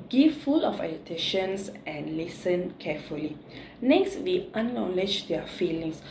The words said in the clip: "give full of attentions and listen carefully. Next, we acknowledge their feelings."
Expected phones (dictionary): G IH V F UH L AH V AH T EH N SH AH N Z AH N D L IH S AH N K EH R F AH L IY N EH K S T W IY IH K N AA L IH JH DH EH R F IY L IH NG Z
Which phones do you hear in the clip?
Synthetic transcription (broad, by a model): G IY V F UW L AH F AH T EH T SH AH N S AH N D L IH S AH N K EH F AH L IY N EH K S T W IY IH N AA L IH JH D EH F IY L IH NG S